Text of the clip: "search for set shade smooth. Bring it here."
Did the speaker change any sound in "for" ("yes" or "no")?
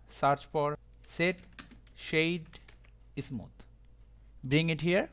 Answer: yes